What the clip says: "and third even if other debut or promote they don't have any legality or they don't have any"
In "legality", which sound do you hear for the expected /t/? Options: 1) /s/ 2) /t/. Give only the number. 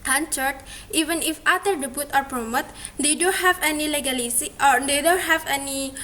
1